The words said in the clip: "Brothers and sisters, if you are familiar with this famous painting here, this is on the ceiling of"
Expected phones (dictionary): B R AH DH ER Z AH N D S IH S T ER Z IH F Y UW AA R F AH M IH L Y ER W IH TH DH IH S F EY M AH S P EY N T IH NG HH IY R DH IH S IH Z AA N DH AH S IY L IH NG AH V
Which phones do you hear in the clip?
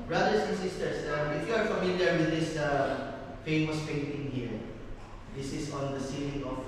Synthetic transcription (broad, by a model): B R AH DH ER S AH N S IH S T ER S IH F Y UW AA R F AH M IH L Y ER W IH DH IH S F EY M AH S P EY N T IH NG HH IY R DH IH S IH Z AA N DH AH S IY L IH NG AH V